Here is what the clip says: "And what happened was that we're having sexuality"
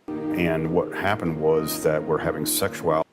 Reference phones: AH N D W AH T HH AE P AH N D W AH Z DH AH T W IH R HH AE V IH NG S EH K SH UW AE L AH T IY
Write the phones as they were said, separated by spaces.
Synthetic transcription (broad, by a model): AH N W AH T HH AE P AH N D W AH Z DH AH T W IH R HH AE V IH NG S EH K SH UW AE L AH